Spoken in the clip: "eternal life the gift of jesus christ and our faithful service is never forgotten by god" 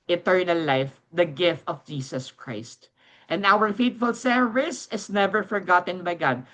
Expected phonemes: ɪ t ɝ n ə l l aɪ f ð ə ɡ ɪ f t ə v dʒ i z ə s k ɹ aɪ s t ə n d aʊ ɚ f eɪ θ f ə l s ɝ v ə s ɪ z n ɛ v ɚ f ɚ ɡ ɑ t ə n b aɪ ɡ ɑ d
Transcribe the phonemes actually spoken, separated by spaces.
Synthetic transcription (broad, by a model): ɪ t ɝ n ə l l aɪ f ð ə ɡ ɪ f t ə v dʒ i s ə s k ɹ aɪ s t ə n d aʊ ɚ f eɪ t f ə l s ɝ v ə s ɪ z n ɛ v ɚ f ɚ ɡ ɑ t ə n b aɪ ɡ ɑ d